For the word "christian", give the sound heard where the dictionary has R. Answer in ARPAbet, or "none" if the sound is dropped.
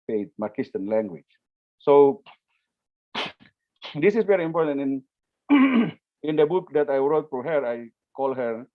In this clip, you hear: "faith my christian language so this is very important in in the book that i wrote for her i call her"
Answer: none